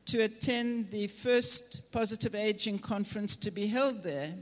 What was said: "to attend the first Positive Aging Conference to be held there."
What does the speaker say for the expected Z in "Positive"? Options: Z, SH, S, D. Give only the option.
Z